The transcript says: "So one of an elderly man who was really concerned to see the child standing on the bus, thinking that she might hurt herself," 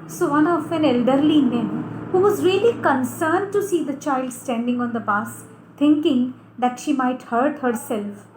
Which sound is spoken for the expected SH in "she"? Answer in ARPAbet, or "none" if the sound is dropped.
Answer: SH